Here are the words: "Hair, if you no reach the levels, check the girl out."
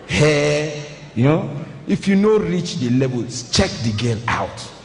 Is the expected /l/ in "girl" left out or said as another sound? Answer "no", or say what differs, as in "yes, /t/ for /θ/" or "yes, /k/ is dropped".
yes, /n/ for /l/